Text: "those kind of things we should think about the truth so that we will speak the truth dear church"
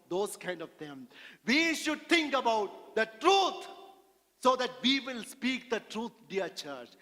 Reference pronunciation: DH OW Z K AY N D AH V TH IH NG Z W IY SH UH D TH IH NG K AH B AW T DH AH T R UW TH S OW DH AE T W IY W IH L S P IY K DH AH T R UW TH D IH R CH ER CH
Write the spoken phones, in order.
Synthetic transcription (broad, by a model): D OW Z K AY N D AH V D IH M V IY SH UH D T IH NG K AH B AW T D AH T R UW T S OW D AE T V IY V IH L S P IY K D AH T R UW T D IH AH CH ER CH